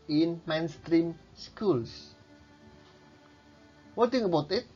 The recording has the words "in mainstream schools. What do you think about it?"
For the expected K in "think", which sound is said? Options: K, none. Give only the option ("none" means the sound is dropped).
none